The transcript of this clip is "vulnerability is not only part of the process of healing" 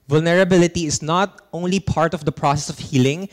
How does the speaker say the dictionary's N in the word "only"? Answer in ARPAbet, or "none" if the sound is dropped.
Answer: N